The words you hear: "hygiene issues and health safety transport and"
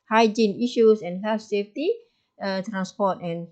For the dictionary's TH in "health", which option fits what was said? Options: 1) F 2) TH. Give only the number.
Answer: 1